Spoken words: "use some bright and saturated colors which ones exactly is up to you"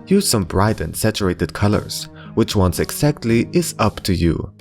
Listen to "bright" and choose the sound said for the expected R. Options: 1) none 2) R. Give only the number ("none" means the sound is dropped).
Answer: 2